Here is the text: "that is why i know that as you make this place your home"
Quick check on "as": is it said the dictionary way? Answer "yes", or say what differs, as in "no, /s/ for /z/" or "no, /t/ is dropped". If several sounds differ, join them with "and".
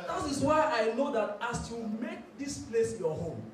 no, /s/ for /z/